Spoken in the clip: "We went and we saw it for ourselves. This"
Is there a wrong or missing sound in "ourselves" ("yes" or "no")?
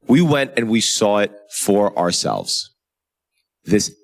no